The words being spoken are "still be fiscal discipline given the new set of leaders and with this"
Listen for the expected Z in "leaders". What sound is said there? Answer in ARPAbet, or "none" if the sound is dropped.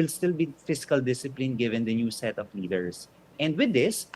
S